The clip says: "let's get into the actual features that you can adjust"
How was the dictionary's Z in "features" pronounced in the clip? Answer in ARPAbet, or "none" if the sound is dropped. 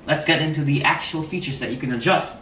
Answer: Z